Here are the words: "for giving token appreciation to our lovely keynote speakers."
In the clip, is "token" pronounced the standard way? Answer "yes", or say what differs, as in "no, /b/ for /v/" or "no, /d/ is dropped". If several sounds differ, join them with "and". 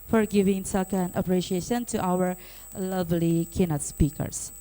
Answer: no, /s/ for /t/